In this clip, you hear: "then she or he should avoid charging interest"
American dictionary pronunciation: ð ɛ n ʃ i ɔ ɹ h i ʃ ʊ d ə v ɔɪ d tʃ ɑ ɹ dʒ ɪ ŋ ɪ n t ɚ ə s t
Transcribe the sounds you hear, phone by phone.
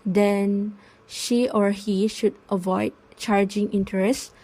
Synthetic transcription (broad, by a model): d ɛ n ʃ i ɔ ɹ h i ʃ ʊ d ə v ɔɪ d tʃ ɑ ɹ dʒ ɪ ŋ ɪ n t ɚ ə s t